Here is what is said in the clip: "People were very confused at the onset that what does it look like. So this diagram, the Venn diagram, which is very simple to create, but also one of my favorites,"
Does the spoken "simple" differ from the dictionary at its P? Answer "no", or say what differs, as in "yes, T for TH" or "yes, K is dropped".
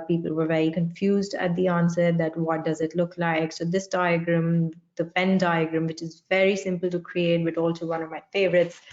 no